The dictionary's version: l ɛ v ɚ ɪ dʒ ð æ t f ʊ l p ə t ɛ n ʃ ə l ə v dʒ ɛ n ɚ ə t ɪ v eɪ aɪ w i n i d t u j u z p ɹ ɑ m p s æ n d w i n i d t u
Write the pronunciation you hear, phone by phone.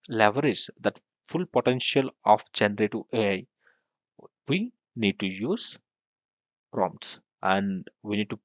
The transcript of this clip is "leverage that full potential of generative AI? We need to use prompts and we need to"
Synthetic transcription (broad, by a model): l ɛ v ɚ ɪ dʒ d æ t f ʊ l p ə t ɛ n ʃ ə l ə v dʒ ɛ n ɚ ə t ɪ eɪ aɪ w i n i d t u j u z p ɹ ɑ m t s æ n d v i n i d t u